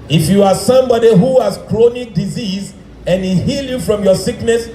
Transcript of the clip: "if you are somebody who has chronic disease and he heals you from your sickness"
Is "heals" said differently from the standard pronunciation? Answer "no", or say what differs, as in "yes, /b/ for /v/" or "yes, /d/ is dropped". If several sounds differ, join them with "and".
yes, /z/ is dropped